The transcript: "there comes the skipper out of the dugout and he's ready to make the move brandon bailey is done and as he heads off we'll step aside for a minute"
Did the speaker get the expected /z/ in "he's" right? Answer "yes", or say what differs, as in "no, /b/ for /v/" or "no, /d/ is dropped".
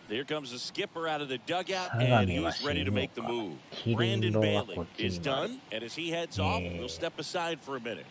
no, /s/ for /z/